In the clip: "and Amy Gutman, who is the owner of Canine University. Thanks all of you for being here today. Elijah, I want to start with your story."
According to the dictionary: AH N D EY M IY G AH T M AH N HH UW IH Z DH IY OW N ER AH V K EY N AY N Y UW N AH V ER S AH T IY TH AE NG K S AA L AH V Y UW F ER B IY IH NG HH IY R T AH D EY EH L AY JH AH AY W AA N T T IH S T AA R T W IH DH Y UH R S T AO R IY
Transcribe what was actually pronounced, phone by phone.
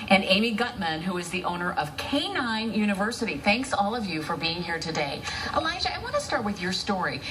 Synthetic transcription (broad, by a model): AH N EY M IY G AH T M AH N HH UW IH Z DH IY OW N ER AH V K EY N AY N Y UW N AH V ER S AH T IY TH AE NG K S AA L AH V Y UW F ER B IY IH NG HH IY R T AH D EY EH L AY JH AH AY W AA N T T IH S T AA R T W IH DH Y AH R S T AO R IY